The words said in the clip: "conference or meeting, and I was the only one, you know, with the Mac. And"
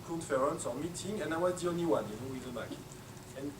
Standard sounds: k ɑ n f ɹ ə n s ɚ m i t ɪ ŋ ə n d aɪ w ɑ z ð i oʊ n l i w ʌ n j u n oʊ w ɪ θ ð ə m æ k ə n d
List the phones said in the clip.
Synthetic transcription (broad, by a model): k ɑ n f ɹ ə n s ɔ m i t ɪ ŋ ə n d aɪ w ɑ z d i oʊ n i w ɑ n j u n oʊ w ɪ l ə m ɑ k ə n